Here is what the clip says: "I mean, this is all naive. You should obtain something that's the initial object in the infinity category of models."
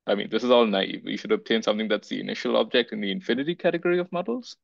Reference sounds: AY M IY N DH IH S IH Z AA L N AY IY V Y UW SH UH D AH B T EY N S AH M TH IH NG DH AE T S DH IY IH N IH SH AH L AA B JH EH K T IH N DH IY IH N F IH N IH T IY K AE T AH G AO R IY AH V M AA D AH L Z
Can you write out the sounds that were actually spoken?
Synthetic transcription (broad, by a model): AY M IY N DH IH S IH Z AA L N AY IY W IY SH UH D AH B T EY N S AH M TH IH NG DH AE T S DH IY IH N IH SH AH L AA B JH EH K T IH N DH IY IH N F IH N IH T IY K AE T AH G AO R IY AH V M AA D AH L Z